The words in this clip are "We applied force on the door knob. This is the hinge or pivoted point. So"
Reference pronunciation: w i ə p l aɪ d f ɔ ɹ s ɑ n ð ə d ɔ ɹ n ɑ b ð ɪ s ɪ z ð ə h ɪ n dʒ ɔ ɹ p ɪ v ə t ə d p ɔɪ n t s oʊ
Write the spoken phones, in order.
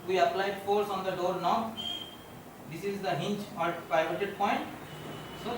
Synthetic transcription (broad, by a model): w i ə p l aɪ d f ɔ ɹ s ɑ n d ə d ɔ ɹ n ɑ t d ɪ s ɪ z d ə h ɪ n tʃ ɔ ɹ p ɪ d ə t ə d p ɔɪ n t s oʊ